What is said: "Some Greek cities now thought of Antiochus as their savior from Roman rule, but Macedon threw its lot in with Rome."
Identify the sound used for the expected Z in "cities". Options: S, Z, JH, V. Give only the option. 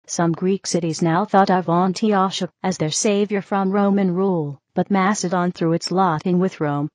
Z